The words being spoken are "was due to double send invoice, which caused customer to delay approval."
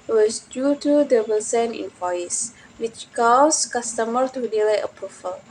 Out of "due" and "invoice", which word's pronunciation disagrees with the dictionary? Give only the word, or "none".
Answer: invoice